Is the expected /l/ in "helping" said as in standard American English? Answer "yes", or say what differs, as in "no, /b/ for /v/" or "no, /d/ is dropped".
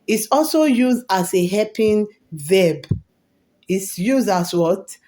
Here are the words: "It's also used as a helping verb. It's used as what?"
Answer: no, /l/ is dropped